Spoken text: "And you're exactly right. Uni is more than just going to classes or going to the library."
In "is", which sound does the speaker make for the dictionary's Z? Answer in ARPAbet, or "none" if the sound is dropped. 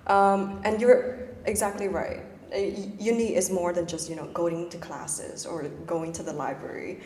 Z